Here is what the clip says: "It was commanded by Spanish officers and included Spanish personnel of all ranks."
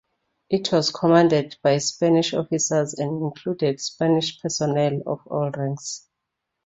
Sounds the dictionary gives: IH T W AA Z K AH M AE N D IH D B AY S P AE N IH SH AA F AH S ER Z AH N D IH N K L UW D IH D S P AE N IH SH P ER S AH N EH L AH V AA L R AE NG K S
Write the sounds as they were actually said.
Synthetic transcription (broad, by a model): IH T W AA Z K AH M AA N D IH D B AY S P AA N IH SH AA F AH S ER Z AH N D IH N K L UW D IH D S P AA N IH SH P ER S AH N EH L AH F AA L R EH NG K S